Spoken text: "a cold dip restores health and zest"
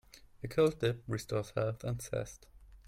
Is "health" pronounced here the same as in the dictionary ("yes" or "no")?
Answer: no